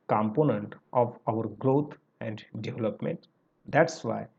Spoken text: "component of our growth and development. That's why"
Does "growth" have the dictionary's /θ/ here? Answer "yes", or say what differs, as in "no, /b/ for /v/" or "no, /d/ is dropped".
no, /t/ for /θ/